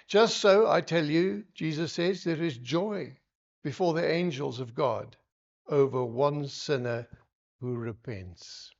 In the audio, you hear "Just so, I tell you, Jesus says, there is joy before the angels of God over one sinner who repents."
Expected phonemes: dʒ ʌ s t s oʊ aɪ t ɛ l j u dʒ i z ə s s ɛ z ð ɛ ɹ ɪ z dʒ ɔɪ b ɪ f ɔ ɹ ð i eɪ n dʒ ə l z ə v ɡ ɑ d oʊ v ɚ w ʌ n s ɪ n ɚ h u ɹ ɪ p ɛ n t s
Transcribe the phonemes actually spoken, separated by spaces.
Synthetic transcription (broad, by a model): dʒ ʌ s t s oʊ aɪ t ɛ l j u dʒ i z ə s s ɛ z ð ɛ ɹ ɪ z dʒ ɔɪ b ɪ f ɔ ɹ ð i eɪ n dʒ ə l z ə v ɡ ɑ d oʊ v ɚ w ʌ n s ɪ n ɚ h u ɹ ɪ p ɛ n t s